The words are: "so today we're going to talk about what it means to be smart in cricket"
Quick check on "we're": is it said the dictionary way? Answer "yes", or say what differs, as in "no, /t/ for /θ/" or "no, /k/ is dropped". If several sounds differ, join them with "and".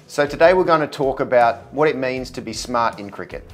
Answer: yes